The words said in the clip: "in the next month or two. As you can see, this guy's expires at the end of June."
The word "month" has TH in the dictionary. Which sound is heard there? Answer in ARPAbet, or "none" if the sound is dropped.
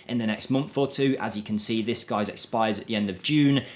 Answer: TH